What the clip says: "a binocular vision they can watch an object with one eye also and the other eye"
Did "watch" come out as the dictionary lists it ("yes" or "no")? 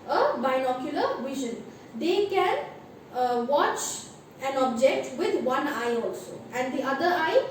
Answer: yes